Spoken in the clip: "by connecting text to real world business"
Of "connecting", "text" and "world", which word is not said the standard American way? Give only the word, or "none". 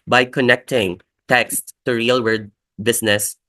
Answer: world